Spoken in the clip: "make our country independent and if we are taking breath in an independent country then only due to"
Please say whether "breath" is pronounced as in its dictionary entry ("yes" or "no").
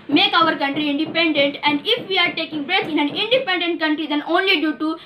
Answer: no